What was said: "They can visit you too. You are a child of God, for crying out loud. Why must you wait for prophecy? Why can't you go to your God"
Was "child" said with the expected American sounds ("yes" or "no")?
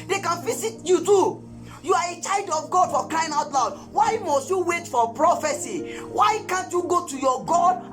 yes